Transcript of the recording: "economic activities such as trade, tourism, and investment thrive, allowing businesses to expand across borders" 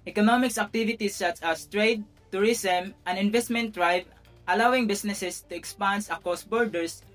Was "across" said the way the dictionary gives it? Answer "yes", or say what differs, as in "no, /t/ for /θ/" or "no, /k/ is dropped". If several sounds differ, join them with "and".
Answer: no, /ɹ/ is dropped